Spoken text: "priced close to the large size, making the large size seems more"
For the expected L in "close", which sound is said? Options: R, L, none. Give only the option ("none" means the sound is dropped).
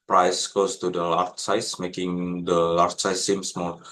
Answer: none